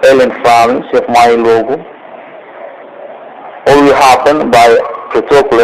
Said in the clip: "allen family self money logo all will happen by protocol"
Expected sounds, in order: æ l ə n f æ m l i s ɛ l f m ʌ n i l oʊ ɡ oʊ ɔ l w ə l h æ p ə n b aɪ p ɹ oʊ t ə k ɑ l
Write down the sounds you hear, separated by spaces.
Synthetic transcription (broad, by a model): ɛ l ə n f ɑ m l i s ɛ f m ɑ i l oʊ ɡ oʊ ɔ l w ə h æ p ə n b aɪ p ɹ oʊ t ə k l